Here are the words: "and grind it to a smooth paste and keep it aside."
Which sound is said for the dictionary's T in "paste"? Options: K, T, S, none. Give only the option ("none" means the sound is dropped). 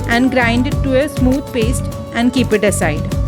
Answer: T